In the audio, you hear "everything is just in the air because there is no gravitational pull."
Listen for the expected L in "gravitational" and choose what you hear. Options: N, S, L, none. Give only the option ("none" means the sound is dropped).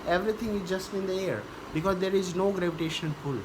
N